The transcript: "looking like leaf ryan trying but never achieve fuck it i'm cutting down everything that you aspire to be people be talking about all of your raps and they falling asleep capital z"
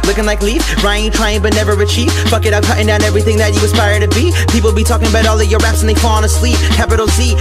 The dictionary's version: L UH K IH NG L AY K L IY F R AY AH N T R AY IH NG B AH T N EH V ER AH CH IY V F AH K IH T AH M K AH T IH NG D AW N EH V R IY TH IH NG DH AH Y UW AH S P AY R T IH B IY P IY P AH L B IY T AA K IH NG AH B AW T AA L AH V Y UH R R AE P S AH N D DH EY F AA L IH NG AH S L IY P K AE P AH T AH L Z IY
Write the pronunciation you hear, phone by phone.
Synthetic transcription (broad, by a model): L UH K IH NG L AY K L IY F R AY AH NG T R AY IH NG B AH T N EH V ER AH CH IY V F AH K IH T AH K AH T IH NG D AW N EH V R IY TH IH NG DH AH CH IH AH S P AY R T IH B IY P IY P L B IY T AA K IH NG AH B AW T AA L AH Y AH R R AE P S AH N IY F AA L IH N AH S L IY P K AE P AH T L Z IY